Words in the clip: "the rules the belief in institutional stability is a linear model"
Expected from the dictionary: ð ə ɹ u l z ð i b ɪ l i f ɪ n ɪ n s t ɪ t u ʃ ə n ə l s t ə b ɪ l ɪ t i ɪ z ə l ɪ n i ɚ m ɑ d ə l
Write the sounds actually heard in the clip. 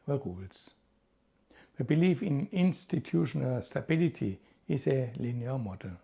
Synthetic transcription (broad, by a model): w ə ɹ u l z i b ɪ l i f ɪ n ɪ n s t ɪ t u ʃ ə n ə l s t ə b ɪ l ɪ t i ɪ s ə l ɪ n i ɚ m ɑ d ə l